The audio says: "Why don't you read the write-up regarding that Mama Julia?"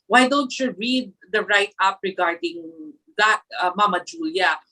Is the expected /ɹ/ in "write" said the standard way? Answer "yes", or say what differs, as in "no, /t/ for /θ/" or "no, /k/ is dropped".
yes